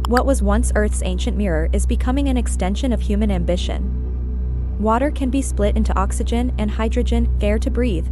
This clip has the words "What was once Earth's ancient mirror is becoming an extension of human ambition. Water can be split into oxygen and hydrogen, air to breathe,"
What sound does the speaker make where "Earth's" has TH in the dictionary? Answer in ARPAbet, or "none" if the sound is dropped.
TH